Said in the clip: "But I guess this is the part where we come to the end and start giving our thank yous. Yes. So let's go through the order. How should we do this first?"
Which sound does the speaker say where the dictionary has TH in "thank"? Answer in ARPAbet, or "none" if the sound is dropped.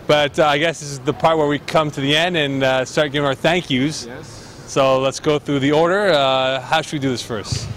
TH